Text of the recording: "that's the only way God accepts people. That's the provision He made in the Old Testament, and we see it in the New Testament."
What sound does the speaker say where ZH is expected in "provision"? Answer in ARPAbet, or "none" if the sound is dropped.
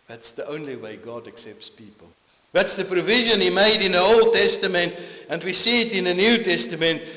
ZH